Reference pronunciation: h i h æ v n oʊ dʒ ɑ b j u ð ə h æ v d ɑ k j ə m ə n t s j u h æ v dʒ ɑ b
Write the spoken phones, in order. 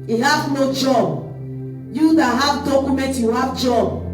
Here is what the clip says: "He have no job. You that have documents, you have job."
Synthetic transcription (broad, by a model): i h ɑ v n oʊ dʒ ɑ b j u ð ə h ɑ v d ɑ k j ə m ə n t j u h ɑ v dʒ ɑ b